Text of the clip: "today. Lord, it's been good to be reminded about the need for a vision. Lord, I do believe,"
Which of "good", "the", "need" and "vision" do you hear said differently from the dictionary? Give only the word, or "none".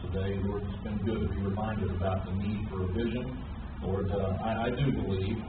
none